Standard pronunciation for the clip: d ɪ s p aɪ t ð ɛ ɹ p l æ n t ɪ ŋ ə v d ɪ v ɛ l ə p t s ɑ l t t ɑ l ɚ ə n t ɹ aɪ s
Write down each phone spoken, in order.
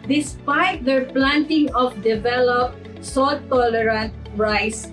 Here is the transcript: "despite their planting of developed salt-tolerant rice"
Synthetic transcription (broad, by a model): d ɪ s p aɪ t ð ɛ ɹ p l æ n t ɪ ŋ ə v d ɪ v ɛ l ə p t s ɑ t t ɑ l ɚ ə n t ɹ aɪ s